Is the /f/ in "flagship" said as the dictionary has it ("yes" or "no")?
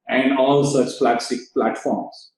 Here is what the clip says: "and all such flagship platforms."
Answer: no